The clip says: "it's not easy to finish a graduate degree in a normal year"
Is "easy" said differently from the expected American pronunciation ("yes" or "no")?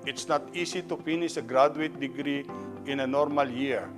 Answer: yes